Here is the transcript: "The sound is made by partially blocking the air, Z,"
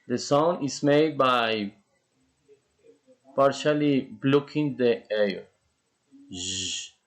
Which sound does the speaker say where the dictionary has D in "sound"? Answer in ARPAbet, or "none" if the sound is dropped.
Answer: none